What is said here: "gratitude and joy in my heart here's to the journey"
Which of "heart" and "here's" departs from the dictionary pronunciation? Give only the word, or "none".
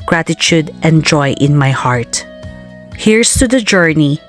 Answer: here's